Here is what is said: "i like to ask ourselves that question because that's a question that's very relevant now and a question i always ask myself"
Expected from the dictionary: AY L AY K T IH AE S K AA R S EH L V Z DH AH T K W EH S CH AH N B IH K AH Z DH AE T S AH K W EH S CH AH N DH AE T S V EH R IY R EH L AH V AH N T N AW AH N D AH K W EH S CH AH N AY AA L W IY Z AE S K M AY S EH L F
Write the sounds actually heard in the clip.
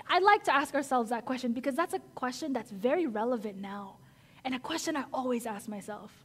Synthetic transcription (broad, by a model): AY L AY K T IH AE S K AA R S EH L V Z DH AH T K W EH S CH AH N B IH K AH Z DH AE T S AH K W EH S CH AH N DH AE T S V EH R IY R EH L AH V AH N N AW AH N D AH K W EH S CH AH N AY AA L W IY Z AE S K M AY S EH L F